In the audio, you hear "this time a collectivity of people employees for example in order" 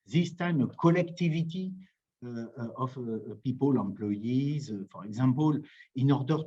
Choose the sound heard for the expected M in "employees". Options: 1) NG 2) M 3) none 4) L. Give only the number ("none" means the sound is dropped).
3